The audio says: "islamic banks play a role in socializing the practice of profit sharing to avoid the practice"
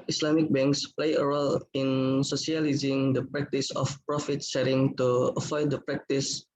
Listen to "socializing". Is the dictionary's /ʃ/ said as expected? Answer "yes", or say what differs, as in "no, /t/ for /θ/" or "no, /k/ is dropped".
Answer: no, /s/ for /ʃ/